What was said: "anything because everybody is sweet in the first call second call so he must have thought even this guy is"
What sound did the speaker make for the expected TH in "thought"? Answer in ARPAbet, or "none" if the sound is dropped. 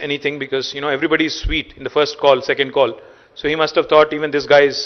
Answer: T